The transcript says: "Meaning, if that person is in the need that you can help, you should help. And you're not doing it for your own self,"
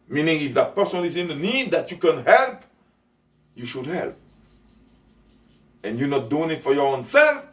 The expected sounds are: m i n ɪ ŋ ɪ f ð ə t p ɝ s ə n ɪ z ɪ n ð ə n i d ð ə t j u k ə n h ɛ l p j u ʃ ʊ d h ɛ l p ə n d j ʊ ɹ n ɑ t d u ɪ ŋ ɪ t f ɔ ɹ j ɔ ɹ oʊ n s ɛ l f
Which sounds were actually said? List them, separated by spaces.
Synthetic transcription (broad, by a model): m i n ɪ ŋ ɪ f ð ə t p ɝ s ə l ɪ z ɪ n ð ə n i d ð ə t j u k ə n h ɛ l p j u ʃ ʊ d h ɛ l p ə n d j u n ɑ t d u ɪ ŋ ɪ t f ɔ ɹ j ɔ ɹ oʊ n s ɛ l f